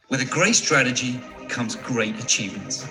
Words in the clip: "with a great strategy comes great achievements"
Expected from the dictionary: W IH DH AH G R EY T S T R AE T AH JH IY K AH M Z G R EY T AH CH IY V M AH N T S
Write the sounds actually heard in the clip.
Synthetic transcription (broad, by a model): W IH DH AH G R EY T S T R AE T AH JH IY K AH M Z G R EY T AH CH IY V M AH N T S